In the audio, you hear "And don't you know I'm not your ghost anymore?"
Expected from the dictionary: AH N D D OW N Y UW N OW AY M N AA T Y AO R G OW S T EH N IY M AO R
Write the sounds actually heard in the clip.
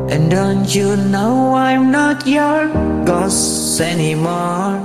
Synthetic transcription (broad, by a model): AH N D D OW N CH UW N OW AY M N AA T Y AO R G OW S EH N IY M AO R